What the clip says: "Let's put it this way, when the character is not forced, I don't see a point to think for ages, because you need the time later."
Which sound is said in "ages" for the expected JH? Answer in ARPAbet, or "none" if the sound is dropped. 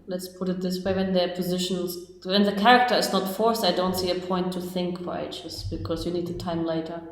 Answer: CH